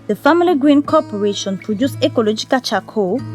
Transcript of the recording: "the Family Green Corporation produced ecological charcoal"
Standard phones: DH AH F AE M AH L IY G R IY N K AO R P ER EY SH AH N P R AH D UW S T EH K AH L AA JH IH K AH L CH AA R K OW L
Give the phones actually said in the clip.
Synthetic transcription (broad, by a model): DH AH F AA M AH L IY G R IY N K AO P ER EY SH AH N P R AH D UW S EH K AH L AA JH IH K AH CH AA K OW